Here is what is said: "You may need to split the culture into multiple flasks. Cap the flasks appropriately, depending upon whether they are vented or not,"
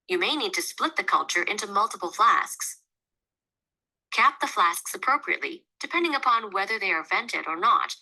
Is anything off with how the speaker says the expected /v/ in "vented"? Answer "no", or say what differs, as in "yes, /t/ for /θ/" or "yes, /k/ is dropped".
no